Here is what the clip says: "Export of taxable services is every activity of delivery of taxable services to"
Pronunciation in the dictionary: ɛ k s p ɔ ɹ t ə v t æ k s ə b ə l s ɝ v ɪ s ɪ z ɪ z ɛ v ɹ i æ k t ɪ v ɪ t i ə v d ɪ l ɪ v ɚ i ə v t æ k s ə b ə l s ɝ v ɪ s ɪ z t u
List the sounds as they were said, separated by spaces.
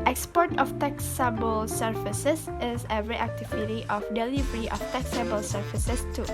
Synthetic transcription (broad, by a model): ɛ k s p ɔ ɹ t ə f t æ k s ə b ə l s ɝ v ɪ s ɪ s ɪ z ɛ ɹ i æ k t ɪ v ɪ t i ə f d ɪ l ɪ v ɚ i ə f t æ k s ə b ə l s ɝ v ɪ s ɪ s t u